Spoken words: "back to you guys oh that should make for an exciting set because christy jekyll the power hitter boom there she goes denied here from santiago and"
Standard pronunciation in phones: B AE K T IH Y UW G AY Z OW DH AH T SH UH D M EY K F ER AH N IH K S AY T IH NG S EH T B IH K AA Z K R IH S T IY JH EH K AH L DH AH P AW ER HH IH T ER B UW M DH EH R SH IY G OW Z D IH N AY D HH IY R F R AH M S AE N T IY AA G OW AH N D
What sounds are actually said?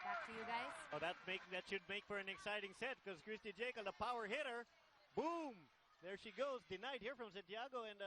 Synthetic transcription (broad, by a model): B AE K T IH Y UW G AY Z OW DH AH T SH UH D M EY K F ER AH N IH K S AY T IH NG S EH T K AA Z K R IH S T IY JH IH K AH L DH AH P AW ER HH IH T ER B UW M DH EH R SH IY G OW Z D IH N AY D HH IY R F R AH M S AE N T IY AA G OW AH N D